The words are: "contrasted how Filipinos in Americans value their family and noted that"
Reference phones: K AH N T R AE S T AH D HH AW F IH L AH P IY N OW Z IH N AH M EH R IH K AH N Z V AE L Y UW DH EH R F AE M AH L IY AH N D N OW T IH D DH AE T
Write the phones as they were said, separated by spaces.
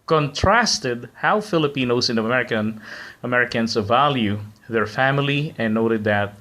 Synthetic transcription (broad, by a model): K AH N T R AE S T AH D HH AW F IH L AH P IY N OW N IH N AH M EH R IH K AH N S V AE L Y UW DH EH R F AE M AH L IY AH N N OW T IH D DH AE T